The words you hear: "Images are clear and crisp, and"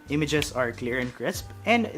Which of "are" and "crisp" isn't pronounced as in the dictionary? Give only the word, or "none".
none